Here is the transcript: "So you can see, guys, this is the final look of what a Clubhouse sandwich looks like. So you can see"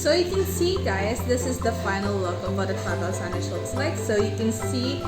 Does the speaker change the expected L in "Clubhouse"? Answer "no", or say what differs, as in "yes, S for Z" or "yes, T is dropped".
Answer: yes, L is dropped